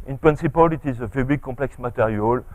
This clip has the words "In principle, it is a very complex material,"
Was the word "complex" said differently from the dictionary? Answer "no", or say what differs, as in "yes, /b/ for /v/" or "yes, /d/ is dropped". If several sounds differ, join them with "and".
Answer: yes, /m/ is dropped